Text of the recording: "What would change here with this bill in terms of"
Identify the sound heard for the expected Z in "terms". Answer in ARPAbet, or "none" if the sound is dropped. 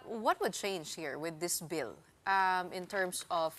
S